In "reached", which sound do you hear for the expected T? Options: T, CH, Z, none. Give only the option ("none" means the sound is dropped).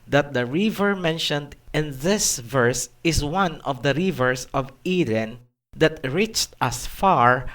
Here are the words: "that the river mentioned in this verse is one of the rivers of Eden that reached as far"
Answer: T